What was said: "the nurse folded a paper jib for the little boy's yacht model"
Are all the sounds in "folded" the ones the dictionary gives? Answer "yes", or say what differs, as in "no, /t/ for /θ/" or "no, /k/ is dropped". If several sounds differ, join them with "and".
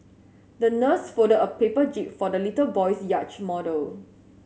no, /l/ is dropped